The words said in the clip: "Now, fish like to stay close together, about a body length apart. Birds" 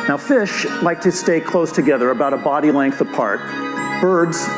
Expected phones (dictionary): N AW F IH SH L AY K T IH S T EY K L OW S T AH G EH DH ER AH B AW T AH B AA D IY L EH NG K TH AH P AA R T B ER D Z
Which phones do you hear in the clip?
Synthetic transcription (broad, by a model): N AW F IH SH L AY K T IH S T EY K L OW S T AH G EH DH ER AH B AW T AH B AA D IY L EH NG K TH AH P AA R T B ER D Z